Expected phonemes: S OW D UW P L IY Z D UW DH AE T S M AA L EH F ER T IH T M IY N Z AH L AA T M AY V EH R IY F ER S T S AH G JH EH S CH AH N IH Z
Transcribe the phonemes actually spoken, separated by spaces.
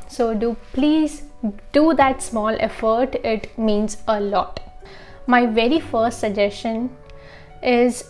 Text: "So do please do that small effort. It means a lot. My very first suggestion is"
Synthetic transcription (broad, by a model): S OW D UW P L IY Z D UW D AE T S M AA L EH F ER T IH T M IY N Z AH L AA T M AY V EH R IY F ER S T S AH G JH EH S CH AH N IH Z